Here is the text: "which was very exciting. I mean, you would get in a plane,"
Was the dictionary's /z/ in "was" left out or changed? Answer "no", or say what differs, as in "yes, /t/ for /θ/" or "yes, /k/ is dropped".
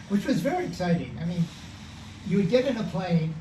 no